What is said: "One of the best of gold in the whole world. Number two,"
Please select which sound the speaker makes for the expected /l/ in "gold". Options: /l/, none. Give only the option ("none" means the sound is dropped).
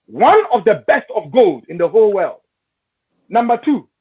/l/